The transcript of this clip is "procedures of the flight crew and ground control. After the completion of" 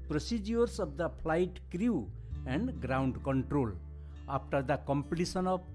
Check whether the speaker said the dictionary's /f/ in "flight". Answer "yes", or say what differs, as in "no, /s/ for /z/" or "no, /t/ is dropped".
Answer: no, /p/ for /f/